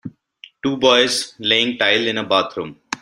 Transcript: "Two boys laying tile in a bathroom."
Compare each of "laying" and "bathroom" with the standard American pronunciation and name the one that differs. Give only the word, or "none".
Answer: bathroom